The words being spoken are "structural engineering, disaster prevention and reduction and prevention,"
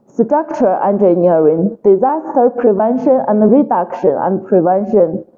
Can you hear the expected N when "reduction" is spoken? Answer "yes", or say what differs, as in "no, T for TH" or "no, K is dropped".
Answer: yes